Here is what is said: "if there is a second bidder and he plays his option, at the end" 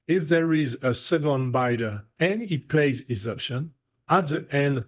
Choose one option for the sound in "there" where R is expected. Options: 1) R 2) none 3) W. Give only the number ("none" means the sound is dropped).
1